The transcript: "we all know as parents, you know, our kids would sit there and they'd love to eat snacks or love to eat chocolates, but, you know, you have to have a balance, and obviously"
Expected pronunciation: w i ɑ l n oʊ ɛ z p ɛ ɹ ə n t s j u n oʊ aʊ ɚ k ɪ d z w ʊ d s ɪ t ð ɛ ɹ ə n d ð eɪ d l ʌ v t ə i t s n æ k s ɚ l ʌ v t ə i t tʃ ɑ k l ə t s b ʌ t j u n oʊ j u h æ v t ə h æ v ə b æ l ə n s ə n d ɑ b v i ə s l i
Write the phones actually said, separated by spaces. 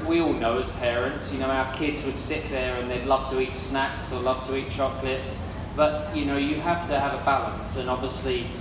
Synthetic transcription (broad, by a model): w i ɑ l n oʊ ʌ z p ɛ ɹ ə n t s j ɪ n oʊ aʊ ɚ k ɪ d z w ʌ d s ɪ t ð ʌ ɹ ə n ð eɪ d l ʌ v t ə i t s n æ k s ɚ l ʌ v t ə i t tʃ ɑ k l ə t s b ʌ t j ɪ n oʊ j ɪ h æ f t ə v ə b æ l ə n s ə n ɑ b v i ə s l i